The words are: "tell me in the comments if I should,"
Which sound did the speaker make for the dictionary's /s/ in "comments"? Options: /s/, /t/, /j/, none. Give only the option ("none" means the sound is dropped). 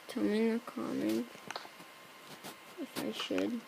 none